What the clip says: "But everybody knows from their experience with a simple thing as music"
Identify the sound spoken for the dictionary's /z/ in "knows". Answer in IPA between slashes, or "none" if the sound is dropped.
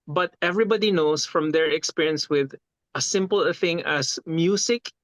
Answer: /s/